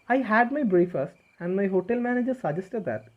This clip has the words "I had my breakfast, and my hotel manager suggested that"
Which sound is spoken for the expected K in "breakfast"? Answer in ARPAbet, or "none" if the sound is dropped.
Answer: none